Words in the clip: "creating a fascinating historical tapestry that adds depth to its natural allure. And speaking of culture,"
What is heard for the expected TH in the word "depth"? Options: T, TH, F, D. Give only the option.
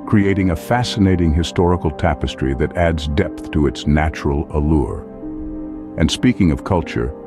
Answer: TH